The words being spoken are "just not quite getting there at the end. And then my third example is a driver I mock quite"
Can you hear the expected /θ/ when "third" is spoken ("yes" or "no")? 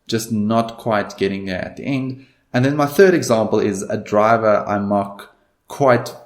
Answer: yes